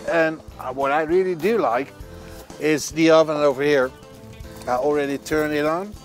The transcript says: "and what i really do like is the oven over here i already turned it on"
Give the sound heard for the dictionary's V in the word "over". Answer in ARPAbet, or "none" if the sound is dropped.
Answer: V